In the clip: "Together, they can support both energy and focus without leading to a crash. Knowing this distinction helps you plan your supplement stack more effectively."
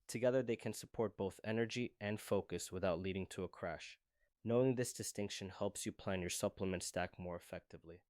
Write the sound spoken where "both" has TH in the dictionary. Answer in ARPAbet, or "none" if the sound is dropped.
TH